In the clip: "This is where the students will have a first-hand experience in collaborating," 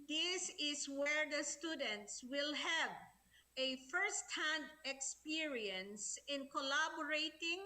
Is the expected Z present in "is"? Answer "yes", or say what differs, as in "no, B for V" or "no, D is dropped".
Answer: no, S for Z